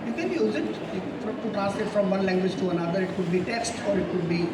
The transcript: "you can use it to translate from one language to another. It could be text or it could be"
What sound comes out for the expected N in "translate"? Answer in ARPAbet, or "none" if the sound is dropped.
none